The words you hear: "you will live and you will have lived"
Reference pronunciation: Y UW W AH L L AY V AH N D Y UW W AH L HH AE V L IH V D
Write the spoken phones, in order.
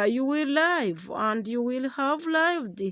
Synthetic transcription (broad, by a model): Y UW W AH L L AY V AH N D Y UW W AH L HH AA V L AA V D